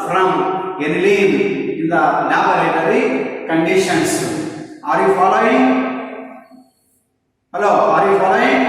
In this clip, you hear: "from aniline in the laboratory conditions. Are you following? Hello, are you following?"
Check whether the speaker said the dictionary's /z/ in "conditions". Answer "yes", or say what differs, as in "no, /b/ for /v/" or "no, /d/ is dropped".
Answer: no, /s/ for /z/